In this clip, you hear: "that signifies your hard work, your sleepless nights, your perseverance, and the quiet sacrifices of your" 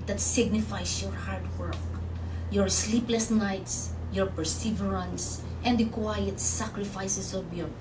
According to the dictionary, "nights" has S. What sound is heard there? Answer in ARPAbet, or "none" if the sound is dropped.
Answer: S